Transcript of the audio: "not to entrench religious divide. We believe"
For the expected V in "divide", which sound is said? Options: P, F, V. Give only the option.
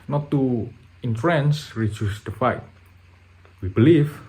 F